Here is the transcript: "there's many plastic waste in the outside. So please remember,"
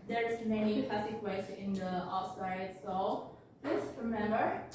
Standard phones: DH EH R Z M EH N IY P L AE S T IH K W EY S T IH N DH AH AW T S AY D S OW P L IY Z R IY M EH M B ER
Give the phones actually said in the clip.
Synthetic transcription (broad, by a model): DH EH R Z M EH N IY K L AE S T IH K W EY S IH N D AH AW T S AY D S OW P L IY S R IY M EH M B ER